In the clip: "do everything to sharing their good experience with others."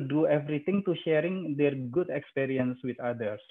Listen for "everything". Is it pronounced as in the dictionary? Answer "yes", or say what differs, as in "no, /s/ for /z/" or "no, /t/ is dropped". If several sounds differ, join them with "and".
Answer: no, /t/ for /θ/